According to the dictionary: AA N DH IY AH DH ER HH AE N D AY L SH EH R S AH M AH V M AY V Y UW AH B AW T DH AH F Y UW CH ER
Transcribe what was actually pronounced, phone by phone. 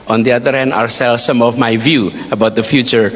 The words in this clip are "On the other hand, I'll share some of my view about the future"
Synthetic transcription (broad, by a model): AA N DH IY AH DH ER HH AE N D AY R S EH L S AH M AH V M AY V Y UW AH B AW T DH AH F Y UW CH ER